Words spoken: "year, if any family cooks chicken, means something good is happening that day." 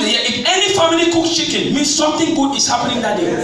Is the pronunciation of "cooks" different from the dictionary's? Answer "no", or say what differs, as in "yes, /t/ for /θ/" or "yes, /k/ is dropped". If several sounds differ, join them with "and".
yes, /s/ is dropped